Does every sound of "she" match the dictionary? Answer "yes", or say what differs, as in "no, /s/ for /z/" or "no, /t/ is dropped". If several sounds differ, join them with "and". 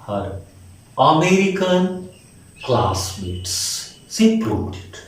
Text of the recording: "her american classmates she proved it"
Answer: no, /s/ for /ʃ/